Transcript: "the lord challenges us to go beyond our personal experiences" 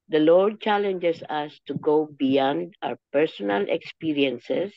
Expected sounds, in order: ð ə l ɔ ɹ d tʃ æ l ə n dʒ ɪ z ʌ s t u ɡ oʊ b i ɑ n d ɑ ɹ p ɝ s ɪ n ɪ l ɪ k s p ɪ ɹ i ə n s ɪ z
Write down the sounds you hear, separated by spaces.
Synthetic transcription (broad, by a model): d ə l ɔ ɹ d tʃ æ l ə n dʒ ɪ s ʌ s t u ɡ oʊ b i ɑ n d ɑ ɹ p ɝ s ɪ n ɪ l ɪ k s p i ɹ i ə n s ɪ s